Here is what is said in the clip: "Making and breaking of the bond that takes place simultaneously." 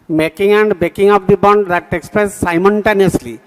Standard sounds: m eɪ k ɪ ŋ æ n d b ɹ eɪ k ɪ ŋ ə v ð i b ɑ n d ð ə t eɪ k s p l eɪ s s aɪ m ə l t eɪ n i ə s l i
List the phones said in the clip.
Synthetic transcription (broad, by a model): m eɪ k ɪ ŋ æ n d b eɪ k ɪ ŋ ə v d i b ɑ n d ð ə t eɪ k s p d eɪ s s aɪ m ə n t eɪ n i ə s l i